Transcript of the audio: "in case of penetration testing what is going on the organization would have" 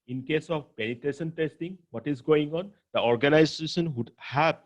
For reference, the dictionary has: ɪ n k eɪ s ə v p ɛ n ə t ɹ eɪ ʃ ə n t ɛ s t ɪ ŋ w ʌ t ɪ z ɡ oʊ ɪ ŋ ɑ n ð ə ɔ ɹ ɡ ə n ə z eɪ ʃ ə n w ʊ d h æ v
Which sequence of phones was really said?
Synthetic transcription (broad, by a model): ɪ n k eɪ s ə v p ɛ n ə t eɪ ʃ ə n t ɛ s t ɪ ŋ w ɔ t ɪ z ɡ oʊ ɪ ŋ ɑ n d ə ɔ ɹ ɡ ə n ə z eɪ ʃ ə n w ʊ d h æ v